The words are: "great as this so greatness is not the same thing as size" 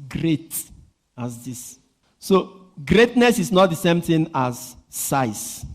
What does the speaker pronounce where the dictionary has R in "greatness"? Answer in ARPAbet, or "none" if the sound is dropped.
R